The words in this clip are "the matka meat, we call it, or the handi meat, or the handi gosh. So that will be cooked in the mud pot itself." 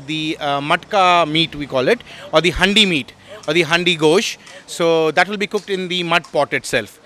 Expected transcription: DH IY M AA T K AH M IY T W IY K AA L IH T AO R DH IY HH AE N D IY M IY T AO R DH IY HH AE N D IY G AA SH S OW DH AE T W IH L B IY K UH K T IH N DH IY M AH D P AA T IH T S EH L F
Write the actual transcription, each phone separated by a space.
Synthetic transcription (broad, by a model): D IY M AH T K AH M IY T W IY K AA L IH T AO R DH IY HH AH N D IY M IY T AO R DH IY HH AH N D IY G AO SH S OW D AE T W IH L B IY K UH K T IH N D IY M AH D P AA T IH T S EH L F